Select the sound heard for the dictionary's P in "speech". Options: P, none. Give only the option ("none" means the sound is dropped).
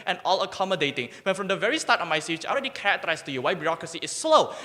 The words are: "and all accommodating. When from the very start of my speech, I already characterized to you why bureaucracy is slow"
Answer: none